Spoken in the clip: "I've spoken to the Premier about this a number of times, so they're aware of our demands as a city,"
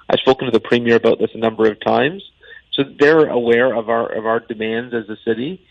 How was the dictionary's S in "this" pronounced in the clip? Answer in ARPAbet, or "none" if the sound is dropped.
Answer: S